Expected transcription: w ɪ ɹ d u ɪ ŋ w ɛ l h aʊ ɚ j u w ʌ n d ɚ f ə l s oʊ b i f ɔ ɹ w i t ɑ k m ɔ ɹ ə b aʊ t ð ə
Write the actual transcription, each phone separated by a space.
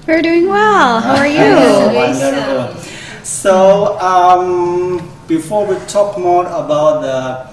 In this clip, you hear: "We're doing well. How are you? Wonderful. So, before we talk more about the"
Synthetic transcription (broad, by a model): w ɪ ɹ d u ɪ ŋ w ɛ l h aʊ ɚ j u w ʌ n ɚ ə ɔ s oʊ b i f ɔ ɹ w i t ɑ k m ɔ ɹ ə b aʊ t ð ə